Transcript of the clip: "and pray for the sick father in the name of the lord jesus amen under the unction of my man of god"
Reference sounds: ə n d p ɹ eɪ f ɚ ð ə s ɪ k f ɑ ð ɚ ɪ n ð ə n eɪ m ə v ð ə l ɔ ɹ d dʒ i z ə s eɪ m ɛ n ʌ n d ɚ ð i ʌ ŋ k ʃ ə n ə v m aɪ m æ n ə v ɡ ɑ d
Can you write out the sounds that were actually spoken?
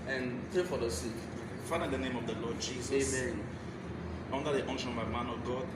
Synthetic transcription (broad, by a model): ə n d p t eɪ f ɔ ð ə s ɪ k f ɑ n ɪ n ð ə n eɪ m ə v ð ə l ɔ d dʒ i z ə eɪ ɛ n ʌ n d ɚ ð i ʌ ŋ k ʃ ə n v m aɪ m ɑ n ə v ɡ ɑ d